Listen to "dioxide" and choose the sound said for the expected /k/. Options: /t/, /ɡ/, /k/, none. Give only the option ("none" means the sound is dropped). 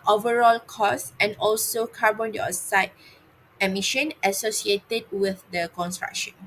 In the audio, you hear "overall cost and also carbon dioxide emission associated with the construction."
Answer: none